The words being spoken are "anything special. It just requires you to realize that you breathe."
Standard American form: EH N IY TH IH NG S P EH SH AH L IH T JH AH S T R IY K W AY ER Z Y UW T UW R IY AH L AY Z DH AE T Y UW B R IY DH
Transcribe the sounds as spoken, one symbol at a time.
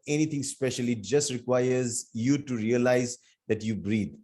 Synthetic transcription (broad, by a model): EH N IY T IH NG S P EH SH AH L IH T JH AH S T R IY K W AY ER Z Y UW T UW R IY AH L AY Z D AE T Y UW B R IY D